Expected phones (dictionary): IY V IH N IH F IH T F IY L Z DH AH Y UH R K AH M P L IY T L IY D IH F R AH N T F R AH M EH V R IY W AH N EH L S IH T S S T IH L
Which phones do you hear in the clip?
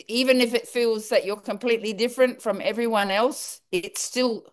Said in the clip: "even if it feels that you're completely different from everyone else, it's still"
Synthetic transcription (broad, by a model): IY V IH N IH F IH T F IY L Z DH AH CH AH R K AH M P L IY T L IY D IH F R AH N T F R AH M EH V R IY W AH N EH L S IH T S S T IH L